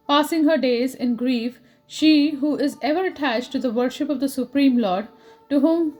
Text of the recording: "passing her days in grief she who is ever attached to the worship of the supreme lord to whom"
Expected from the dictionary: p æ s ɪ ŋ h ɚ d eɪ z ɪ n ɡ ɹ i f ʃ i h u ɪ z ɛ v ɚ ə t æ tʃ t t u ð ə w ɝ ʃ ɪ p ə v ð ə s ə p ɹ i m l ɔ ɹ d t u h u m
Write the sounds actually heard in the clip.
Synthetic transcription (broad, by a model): p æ s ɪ ŋ h ɚ d eɪ z ɪ n ɡ ɹ i f ʃ i h u ɪ z ɛ v ɚ ə t æ tʃ t t u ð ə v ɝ ʃ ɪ p ə v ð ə s ə p ɹ i m l ɔ ɹ d t u h u m